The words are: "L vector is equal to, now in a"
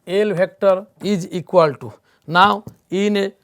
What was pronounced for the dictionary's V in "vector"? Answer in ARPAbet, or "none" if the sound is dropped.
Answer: B